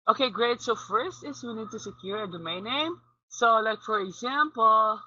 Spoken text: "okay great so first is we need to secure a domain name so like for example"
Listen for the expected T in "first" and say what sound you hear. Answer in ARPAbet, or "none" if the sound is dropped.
T